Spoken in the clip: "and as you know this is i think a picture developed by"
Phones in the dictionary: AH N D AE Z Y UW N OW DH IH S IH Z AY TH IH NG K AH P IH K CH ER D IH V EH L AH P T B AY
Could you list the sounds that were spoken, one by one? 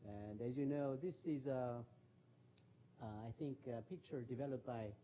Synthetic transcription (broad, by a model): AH N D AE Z Y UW N OW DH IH S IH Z AY TH IH NG K AH P IH K CH ER D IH V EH L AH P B AY